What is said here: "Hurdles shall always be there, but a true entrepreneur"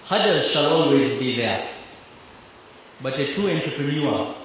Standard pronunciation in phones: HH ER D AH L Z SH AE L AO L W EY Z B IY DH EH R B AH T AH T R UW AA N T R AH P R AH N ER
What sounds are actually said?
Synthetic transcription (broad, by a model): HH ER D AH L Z SH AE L AO L W EY Z B IY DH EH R B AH T AH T UW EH N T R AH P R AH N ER